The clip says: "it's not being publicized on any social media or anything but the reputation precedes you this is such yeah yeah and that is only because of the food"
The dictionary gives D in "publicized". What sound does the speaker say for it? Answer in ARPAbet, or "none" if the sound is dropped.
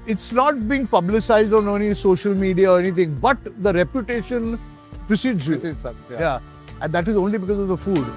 D